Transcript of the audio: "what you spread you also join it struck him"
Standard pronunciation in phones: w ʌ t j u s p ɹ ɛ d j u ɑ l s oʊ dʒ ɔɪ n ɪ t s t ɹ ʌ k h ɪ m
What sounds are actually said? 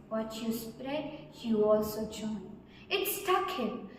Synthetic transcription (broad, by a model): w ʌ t j u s p ɹ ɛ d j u ɑ l s oʊ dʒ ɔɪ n ɪ t s t ʌ k h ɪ m